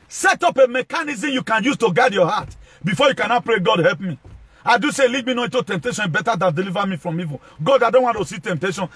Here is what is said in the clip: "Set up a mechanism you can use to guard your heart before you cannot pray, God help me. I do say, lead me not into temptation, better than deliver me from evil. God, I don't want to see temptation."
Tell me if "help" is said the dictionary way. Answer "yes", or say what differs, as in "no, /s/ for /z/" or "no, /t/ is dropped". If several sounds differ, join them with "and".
yes